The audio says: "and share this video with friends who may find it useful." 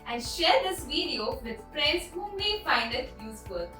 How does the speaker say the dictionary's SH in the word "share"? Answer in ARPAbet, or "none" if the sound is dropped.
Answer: SH